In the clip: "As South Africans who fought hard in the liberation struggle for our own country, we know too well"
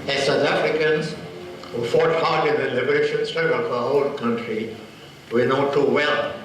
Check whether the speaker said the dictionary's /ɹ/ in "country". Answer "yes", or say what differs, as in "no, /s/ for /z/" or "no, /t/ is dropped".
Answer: yes